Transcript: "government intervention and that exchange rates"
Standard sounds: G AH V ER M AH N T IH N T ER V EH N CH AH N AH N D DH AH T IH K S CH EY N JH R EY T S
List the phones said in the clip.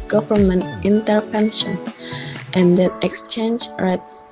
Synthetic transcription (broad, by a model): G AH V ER M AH N T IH N T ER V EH N SH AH N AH N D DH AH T IH K S CH EY N JH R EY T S